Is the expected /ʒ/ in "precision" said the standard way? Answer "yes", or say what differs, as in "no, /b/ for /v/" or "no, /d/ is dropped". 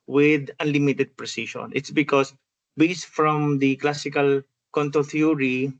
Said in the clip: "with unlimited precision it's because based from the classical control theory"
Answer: no, /ʃ/ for /ʒ/